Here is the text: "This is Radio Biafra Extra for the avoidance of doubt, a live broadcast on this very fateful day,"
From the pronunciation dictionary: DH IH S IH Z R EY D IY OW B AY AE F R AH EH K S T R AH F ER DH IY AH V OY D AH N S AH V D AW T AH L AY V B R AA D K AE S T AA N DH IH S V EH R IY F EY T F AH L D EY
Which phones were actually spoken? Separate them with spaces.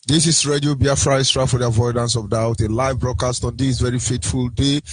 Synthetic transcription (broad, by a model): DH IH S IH S R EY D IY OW B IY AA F R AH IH S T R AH F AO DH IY AH V OY D AH N S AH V D AW T AH L AY V B R AA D K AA S T AA N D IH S V EH R IY F EY T F AH L D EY